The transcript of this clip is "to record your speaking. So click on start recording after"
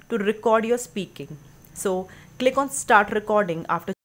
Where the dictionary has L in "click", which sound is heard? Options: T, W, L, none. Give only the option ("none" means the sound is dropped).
L